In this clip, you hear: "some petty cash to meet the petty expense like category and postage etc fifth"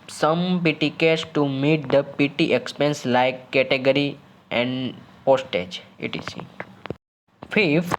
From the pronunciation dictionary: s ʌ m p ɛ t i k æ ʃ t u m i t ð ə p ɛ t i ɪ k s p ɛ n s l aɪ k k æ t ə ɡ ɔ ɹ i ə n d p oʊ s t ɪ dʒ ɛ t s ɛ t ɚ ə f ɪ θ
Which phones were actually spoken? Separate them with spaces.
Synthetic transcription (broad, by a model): s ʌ m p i t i k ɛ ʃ t u m i t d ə p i t i ɪ k s p ɛ n s l aɪ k k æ t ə ɡ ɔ ɹ i ə n d p oʊ s t ɪ dʒ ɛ t i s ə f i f